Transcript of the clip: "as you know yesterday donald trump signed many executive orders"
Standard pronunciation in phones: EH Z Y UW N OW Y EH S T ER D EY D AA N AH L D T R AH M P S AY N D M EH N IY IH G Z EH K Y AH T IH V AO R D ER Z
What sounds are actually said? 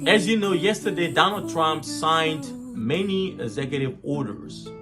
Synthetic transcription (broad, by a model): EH Z Y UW N OW Y EH S T ER D EY D AA N AH L D T R AH M P S AY N D M EH N IY IH G Z EH K Y AH T IH V AO R D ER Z